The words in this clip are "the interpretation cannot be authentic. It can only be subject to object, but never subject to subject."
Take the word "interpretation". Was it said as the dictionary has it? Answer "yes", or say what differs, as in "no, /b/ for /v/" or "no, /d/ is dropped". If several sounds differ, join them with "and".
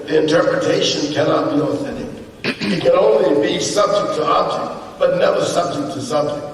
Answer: yes